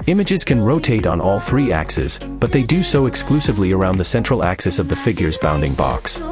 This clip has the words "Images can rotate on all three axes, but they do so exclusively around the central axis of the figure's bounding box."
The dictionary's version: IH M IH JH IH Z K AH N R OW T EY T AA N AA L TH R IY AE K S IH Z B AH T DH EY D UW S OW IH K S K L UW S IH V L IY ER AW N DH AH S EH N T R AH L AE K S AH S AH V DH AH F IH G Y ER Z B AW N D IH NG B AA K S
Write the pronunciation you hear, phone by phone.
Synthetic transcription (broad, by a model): IH M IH JH IH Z K AH N R OW T EY T N AA L TH R IY AE K S IH Z B AH T DH EY D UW S OW IH K S K L UW S IH V L IY ER AW N DH AH S EH N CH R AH L AE K S AH S AH V DH AH F IH G Y ER Z B AW N D IH NG B AA K S